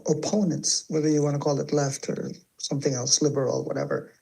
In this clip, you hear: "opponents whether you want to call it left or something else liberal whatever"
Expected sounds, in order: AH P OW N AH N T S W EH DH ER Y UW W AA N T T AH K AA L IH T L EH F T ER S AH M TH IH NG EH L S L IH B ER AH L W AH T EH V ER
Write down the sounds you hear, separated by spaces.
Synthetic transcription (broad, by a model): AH P OW N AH N T S W EH DH ER Y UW W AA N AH K AA L IH T L EH F T ER S AH M TH IH NG EH L S L IH B ER L W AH T EH V ER